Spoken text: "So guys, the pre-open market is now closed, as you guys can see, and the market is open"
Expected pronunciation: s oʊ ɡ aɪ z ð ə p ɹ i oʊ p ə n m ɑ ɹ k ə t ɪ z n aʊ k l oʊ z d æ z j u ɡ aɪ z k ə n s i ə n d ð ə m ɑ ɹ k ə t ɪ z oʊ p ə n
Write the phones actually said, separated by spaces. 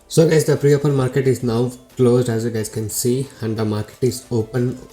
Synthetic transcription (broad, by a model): s oʊ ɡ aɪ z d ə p ɹ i oʊ p ə n m ɑ ɹ k ə t ɪ z n aʊ k l oʊ z d æ z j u ɡ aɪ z k ə n s i ə n d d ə m ɑ ɹ k ə t ɪ z oʊ p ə n